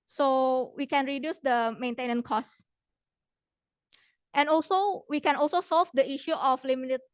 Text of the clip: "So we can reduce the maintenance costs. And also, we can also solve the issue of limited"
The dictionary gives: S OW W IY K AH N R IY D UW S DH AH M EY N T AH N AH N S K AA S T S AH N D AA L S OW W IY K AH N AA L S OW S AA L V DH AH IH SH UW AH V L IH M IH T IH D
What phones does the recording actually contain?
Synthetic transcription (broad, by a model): S OW W IY K AH N R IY D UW S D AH M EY N T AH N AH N K AA S T AH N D AA L S OW W IY K AH N AA L S OW S AA L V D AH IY SH UW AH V L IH M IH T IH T